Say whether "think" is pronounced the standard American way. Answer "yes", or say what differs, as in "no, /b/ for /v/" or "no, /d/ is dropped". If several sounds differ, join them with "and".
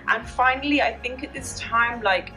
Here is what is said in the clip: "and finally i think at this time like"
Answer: yes